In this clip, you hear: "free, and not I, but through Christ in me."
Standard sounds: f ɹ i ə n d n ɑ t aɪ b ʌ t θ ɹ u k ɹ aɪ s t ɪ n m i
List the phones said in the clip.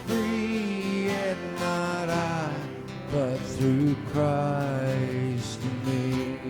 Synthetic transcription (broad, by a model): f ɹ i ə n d n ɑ t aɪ b ʌ t θ ɹ u k ɹ aɪ s t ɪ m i